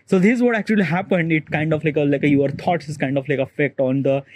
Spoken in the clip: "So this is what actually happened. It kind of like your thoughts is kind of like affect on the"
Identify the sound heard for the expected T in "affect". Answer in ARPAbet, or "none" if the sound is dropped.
T